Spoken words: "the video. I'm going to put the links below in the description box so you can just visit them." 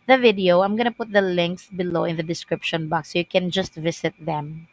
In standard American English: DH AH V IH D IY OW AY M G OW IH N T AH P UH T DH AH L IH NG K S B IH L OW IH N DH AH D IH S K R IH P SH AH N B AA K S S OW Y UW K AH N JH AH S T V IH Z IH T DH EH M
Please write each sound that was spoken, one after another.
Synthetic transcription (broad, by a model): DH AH V IH D IY OW AY M G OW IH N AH P UH T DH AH L IH NG K S B IH L OW IH N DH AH D IH S K R IH P SH AH N B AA K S S OW Y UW K AH N JH AH S T V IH S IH T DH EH M